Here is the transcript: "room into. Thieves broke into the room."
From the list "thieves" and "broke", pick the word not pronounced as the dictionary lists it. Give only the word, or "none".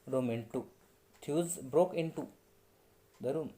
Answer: thieves